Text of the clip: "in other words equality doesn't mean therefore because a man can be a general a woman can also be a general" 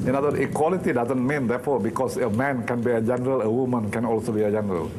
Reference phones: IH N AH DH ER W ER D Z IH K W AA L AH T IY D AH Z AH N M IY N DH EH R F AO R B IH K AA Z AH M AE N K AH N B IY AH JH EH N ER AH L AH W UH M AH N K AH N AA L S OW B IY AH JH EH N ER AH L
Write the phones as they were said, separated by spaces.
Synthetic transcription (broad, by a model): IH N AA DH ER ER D IH K W AA L AH T IY D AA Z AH N M IY N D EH F AO B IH K AA S AH M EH N K AH N B IY AH JH EH N ER AH L AH W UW M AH N K AH N AA L S OW B IY AH JH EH N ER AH L